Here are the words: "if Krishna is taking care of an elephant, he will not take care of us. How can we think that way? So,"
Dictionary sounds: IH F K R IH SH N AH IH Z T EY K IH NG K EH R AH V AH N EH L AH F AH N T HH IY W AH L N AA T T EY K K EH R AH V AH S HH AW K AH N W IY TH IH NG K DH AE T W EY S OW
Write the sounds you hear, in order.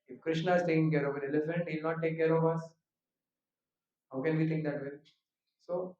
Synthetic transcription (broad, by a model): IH F K R IH SH N AH IH Z T EY K IH NG K EH R AH V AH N EH L AH F AH N T HH IY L N AA T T EY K K EH R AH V AH S HH AW K AH N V IY T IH NG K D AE T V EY S OW